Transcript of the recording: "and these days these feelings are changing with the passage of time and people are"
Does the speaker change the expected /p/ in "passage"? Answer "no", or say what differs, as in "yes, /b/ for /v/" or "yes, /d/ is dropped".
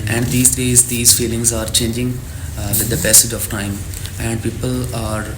yes, /b/ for /p/